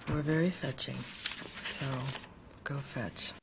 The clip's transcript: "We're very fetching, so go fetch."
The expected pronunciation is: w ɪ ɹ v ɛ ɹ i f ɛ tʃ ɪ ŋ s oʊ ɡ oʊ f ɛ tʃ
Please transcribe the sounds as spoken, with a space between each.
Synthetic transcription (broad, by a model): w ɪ ɹ v ɛ ɹ i f ɛ tʃ ɪ ŋ s oʊ ɡ oʊ f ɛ tʃ